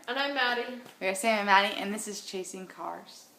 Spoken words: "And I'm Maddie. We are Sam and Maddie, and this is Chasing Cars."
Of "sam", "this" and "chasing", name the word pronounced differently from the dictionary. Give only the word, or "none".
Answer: sam